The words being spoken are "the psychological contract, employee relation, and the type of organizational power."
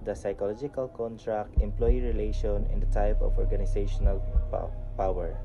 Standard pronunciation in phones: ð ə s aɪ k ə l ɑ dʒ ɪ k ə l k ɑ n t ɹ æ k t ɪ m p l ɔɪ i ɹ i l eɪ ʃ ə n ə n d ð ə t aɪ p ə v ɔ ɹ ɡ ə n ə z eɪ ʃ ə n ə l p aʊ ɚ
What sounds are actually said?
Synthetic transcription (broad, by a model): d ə s aɪ k ə l ɑ dʒ ɪ k ə l k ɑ n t ɹ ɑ k t ɪ m p l ɔɪ i ɹ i l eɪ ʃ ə n ə n d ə t aɪ p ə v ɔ ɹ ɡ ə n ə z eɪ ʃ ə n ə l p aʊ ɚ